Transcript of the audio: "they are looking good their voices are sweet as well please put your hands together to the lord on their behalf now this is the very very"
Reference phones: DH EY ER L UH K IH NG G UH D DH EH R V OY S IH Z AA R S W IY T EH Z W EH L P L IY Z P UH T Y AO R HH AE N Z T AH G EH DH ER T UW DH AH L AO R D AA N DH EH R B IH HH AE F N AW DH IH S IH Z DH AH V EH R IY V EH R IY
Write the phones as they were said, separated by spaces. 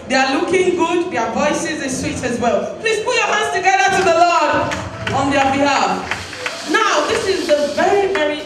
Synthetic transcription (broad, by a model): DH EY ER L UH K IH NG G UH D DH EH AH V OY S IH Z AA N S W IY T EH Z W EH L P L IY Z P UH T Y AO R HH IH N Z T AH G EH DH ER T UW DH AH L AO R D AA N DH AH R B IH HH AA F N AW DH IH S IH Z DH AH V EH R IY V EH R IY